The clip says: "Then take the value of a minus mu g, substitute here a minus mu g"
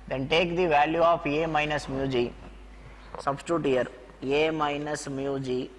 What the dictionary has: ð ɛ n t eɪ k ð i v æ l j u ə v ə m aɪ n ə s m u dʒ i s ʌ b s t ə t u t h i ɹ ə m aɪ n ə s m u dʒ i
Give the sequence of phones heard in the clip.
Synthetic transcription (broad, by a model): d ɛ n t eɪ k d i v æ l j u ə p ə m aɪ n ə s m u dʒ i s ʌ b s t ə t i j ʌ ɹ ə m aɪ n ə s m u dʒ i